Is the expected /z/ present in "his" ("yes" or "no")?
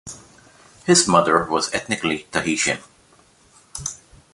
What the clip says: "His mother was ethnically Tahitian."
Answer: yes